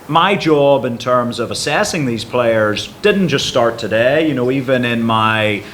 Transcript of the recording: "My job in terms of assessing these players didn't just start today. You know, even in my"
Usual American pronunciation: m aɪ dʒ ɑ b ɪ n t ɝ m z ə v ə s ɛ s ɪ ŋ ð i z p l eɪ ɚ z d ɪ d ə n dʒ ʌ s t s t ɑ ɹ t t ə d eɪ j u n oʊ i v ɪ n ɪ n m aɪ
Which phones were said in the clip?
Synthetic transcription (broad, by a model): m aɪ dʒ ɑ b ɪ n t ɝ m z ə v ə s ɛ s ɪ ŋ ð i z p l eɪ ɚ z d ɪ d n dʒ ʌ s t s t ɑ ɹ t t ə d eɪ j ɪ n oʊ i v ɪ n ɪ n m aɪ